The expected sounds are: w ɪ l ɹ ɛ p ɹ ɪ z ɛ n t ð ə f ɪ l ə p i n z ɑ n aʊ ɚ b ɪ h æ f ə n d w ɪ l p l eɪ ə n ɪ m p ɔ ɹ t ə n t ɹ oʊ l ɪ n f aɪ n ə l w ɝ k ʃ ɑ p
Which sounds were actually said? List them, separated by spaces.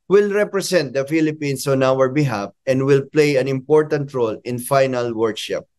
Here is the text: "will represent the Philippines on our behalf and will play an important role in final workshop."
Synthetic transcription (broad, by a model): w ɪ l ɹ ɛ p ɹ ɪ s ɛ n t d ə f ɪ l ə p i n s ɑ n aʊ ɚ b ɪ h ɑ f ə n d w ɪ l p l eɪ ə n ɪ m p ɔ ɹ t ə n t ɹ oʊ l ɪ n f aɪ n ə l w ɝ k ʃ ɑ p